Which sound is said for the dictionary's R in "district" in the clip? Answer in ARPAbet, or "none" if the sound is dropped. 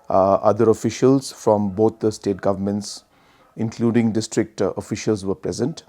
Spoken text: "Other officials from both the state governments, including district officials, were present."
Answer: R